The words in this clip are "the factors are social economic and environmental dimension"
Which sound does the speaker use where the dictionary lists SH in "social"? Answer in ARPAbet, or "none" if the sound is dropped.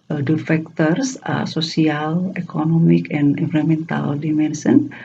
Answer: S